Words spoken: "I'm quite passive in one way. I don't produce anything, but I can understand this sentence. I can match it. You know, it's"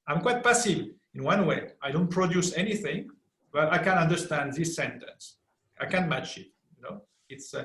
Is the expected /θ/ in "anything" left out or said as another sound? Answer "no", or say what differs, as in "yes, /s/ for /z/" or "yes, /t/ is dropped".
no